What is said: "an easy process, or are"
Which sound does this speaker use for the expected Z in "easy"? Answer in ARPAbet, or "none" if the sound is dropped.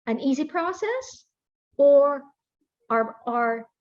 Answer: Z